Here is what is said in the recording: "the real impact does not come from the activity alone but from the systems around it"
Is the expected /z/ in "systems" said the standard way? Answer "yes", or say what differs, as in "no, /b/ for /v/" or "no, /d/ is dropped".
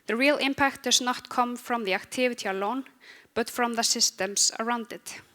no, /s/ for /z/